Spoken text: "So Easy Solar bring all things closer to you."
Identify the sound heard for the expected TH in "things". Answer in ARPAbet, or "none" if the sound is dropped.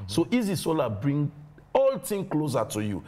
T